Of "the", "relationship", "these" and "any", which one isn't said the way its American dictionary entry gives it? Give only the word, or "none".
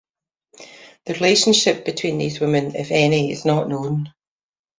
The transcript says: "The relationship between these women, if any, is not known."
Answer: none